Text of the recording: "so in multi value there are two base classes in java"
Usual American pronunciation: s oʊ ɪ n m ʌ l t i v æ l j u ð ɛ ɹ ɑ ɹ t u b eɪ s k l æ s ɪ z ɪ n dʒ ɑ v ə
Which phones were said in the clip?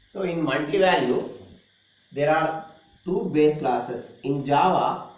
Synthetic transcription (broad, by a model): s oʊ ɪ n m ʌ n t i v æ l j u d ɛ ɹ ɑ ɹ t u b eɪ s k l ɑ s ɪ s ɪ n dʒ ɑ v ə